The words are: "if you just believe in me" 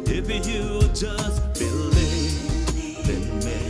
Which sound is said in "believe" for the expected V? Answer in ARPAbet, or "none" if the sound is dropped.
B